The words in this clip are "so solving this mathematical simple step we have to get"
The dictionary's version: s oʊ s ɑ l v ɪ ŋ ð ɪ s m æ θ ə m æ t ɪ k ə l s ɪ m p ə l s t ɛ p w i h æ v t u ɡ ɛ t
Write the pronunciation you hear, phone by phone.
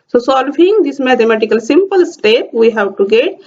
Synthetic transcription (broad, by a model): s oʊ s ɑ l f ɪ ŋ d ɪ s m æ t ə m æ t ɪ k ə l s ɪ m p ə l s t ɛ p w i h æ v t u ɡ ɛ t